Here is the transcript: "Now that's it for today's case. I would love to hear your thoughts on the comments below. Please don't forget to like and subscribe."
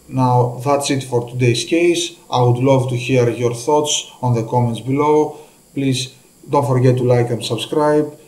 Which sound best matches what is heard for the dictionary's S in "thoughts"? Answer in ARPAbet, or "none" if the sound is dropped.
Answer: S